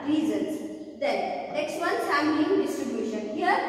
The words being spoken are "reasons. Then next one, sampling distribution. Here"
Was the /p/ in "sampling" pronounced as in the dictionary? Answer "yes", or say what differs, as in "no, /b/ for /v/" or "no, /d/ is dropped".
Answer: no, /p/ is dropped